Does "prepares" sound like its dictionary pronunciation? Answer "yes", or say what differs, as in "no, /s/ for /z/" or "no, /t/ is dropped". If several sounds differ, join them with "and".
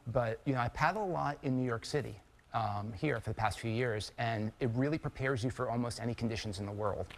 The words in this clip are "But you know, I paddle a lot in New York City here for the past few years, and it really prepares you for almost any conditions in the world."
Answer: yes